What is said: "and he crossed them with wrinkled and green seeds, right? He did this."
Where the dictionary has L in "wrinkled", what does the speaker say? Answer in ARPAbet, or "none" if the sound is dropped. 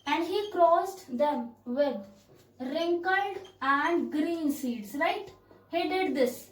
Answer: L